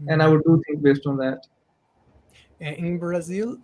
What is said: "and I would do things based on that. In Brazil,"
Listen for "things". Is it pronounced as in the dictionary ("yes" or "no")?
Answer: no